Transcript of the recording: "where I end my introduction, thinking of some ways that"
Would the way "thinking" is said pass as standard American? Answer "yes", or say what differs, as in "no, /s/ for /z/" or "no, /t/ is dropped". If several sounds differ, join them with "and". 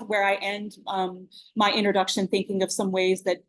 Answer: yes